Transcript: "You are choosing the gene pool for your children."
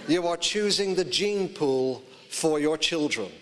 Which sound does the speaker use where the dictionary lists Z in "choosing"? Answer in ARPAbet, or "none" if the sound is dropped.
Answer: Z